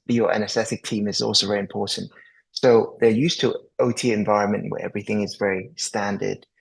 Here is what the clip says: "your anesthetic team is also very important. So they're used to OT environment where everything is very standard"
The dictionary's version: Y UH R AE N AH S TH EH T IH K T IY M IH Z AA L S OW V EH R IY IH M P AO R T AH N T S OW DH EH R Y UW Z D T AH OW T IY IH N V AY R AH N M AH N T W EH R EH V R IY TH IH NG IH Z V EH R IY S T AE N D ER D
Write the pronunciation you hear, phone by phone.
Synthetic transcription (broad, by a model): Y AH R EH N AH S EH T IH K T IY M IH Z AA L S OW V EH R IY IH M P AO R T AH N T S OW DH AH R Y UW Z T AH OW T IY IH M V AY R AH N M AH N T W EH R EH V R IY TH IH NG IH Z V EH R IY S T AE N D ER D